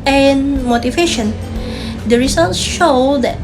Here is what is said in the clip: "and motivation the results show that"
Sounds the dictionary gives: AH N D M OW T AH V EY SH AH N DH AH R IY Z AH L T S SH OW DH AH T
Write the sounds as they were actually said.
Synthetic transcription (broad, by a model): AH N M OW T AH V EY SH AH N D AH R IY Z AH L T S SH OW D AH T